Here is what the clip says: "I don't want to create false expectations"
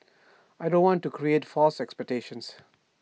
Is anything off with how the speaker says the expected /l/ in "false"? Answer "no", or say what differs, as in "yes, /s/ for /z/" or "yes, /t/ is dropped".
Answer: no